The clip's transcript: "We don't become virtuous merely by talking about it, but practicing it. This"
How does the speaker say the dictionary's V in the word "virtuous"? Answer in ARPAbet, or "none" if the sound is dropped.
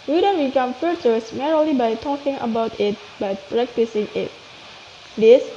F